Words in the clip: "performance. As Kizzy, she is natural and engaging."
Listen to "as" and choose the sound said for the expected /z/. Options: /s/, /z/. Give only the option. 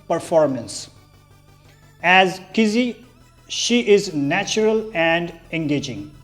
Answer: /z/